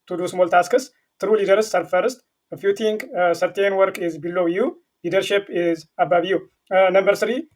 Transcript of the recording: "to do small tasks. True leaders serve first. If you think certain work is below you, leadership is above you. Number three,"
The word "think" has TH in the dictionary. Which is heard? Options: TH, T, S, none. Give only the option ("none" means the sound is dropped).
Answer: T